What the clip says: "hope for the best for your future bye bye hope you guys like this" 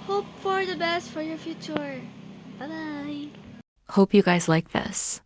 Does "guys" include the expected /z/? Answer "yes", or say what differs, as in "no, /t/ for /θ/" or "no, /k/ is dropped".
yes